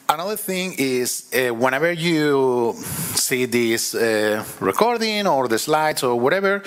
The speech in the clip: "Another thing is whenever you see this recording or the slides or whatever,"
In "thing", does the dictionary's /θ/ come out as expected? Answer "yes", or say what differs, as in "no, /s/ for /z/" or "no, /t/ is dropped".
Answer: yes